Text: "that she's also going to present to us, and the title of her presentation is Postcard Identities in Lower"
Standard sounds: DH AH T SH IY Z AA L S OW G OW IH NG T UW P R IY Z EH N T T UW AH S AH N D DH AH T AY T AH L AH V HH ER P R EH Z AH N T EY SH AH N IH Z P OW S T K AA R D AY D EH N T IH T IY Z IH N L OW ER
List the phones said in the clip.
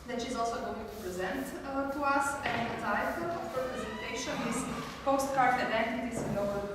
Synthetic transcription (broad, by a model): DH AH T SH IY Z AA L S OW G OW IH NG T UW P R IY Z EH N T T UW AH S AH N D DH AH T AY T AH L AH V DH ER P R EH Z AH N T EY SH AH N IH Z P OW S T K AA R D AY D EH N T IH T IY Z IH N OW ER